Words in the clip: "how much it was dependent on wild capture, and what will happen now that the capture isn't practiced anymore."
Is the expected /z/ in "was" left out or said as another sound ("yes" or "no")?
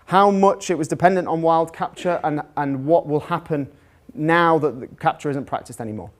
no